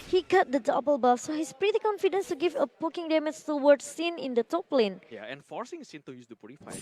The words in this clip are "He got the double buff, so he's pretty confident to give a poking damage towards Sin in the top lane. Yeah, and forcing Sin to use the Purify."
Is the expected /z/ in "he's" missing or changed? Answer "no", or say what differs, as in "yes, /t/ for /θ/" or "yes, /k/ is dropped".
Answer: yes, /s/ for /z/